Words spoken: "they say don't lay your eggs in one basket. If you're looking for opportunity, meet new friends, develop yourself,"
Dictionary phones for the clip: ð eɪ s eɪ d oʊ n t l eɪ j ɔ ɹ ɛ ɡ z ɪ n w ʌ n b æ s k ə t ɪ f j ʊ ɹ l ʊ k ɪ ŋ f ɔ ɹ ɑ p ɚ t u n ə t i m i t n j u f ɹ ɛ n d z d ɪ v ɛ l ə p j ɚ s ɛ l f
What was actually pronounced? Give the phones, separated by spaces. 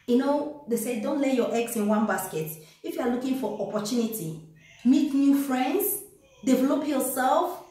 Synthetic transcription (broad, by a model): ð eɪ s eɪ d oʊ n t l eɪ j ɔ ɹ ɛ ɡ s ɪ n w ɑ n b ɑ s k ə t ɪ f j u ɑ l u k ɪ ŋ f ɔ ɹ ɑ p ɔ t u n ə t i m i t n j u f ɹ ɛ n d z d ɪ v ɛ l ə p j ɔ s ɛ l f